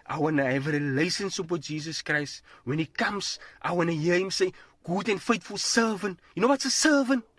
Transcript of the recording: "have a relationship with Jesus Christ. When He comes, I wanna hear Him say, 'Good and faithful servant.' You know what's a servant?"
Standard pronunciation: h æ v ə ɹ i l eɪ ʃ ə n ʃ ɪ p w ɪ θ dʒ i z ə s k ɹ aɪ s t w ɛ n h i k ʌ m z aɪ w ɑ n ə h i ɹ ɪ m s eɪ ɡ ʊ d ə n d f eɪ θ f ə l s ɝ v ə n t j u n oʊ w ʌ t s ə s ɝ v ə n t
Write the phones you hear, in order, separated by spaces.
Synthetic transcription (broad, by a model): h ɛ v ə ɹ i l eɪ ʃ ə n s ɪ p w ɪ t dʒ i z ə s k ɹ aɪ s t w ɛ n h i k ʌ m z aɪ w ɑ n ə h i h ɪ m s eɪ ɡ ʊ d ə n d f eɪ t f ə l s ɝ v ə n t j u n oʊ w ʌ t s ə s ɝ v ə n t